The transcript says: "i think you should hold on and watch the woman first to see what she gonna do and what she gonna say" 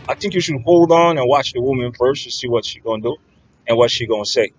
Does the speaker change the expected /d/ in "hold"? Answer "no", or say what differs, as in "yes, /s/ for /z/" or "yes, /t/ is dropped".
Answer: no